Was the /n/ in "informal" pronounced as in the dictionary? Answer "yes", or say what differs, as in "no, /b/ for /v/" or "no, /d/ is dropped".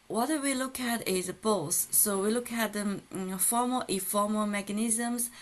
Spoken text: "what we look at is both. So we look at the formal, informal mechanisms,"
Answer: no, /n/ is dropped